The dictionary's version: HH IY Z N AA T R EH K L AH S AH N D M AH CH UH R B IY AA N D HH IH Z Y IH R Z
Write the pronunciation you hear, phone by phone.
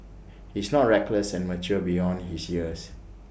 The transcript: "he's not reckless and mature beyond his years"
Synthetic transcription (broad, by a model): HH IY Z N AA T R EH K L AH S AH N M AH CH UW B IY AA N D HH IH S Y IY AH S